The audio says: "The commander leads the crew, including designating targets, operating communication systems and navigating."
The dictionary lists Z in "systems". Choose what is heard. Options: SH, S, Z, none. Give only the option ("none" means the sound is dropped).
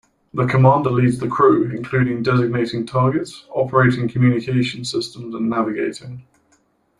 Z